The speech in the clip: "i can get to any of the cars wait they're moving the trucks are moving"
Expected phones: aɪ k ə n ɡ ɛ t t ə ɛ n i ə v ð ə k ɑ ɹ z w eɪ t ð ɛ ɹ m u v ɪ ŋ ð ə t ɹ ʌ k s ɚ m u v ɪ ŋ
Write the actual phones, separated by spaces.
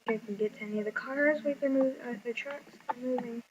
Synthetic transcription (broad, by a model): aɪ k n ɡ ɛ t t ɛ n i ə v ð ə k ɑ ɹ z w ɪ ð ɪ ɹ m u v ð ə t ɹ ʌ k s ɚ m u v ɪ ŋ